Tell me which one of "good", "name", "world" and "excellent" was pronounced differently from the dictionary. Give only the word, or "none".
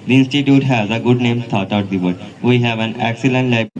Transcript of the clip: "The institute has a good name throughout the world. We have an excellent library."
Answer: world